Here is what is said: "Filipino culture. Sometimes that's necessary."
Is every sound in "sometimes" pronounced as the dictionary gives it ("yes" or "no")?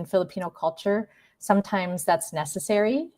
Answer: yes